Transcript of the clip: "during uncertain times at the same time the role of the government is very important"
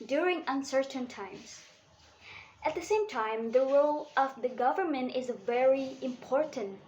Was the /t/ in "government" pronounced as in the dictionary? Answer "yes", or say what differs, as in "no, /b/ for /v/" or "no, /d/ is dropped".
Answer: yes